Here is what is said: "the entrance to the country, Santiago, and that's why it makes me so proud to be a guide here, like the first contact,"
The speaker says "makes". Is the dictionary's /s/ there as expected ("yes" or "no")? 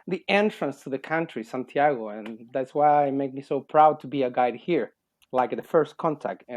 no